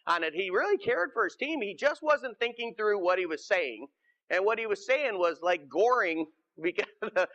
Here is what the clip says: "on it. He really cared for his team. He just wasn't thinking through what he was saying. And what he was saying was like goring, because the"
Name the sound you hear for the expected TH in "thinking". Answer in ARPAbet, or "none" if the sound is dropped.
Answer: TH